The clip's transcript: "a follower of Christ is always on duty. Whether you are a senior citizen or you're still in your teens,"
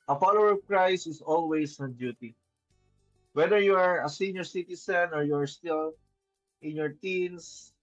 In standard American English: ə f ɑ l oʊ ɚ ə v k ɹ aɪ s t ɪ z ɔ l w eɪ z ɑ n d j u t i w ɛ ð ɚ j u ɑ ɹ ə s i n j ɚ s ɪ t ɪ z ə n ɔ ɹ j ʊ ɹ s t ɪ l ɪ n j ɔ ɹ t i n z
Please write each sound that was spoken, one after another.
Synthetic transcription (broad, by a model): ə f ɑ l oʊ ɚ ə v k ɹ aɪ s ɪ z ɔ l w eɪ s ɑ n d j u t i w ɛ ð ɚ j u ɑ ɹ ə s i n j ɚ s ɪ t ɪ s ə n ɔ ɹ j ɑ ɹ s t ɪ l ɪ n j ɔ ɹ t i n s